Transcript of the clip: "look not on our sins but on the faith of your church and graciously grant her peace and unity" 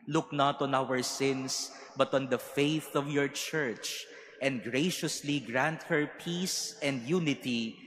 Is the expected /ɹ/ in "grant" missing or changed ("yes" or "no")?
no